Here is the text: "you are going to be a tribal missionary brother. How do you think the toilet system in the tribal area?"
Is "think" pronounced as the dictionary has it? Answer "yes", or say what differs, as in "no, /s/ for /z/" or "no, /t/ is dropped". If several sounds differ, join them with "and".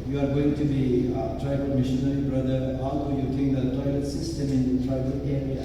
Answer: no, /t/ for /θ/